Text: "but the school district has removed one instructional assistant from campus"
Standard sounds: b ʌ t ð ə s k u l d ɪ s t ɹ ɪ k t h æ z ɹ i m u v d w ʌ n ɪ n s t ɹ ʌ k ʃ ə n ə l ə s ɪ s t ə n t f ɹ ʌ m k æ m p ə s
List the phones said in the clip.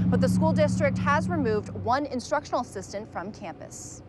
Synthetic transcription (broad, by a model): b ʌ t ð ə s k u l d ɪ s t ɹ ɪ k t h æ z ɹ i m u v d w ʌ n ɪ n s t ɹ ʌ k ʃ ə n l ə s ɪ s t ə n t f ɹ ʌ m k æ m p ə s